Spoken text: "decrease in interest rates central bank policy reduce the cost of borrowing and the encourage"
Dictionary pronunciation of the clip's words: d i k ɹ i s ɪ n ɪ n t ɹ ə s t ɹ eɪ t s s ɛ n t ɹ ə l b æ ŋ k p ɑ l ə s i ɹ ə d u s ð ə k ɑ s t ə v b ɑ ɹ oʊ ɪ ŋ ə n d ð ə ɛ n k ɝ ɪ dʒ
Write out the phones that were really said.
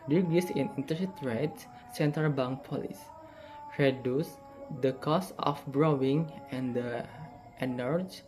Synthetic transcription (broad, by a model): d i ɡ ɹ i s ɪ n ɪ n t ə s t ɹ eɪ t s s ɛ n t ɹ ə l b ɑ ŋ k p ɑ l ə s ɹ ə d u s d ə k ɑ s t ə f b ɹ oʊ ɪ ŋ ə n d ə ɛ n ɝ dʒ